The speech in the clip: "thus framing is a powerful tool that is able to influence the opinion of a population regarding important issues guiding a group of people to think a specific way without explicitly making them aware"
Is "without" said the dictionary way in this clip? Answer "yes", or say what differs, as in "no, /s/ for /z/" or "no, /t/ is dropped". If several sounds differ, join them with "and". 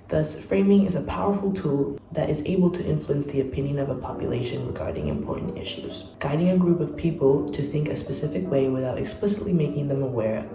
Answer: yes